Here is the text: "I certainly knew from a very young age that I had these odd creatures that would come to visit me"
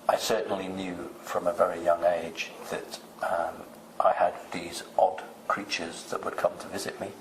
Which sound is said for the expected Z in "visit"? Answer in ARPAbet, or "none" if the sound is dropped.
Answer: Z